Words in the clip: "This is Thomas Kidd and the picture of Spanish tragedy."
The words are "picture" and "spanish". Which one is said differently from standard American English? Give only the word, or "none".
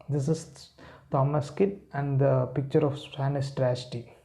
spanish